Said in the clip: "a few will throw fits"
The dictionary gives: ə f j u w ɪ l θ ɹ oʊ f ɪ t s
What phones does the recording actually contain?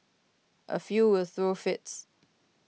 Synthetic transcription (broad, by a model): ə f j u w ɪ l θ ɹ oʊ f ɪ t s